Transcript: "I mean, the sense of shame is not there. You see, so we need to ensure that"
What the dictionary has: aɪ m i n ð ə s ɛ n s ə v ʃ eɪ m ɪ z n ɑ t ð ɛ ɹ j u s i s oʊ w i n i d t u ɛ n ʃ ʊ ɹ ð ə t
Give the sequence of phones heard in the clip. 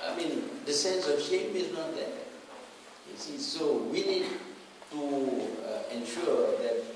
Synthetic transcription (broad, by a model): aɪ m i n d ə s ɛ n s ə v ʃ eɪ m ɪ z n ɑ t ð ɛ j u s i s oʊ w i n i d t u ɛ n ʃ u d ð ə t